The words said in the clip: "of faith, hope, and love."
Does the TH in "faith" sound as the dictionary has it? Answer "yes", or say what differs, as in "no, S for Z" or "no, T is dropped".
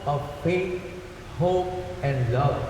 no, T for TH